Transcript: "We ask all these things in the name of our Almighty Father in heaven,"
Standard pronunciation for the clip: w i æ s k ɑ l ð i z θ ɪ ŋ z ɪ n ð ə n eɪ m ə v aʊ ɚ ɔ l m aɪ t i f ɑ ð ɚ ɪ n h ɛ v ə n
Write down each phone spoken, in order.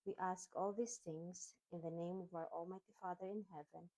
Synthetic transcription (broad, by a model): w i æ s k ɑ l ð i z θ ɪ ŋ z ɪ n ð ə n eɪ m ə v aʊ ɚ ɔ l m aɪ t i f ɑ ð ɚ ɪ n h ɛ v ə n